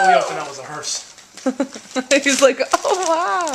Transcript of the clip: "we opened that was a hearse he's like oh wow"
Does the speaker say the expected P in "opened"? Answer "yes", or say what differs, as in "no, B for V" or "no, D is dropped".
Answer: no, P is dropped